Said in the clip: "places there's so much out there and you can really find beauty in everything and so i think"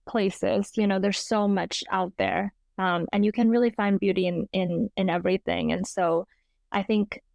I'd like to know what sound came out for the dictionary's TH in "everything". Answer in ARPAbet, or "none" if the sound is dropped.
TH